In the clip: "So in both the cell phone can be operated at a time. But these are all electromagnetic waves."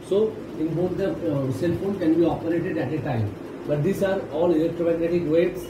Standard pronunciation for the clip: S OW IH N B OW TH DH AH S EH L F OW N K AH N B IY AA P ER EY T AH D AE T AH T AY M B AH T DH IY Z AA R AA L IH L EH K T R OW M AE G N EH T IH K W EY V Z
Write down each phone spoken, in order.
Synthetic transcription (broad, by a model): S OW IH N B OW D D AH S EH L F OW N K AH N B IY AA P ER EY T AH D AE T AH T AY M B AH T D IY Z AA R AA L IH L EH K T R OW M AE G N EH T IH K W EY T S